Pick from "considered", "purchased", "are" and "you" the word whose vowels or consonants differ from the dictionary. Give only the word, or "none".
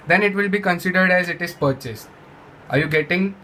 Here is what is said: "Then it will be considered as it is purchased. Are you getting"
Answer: none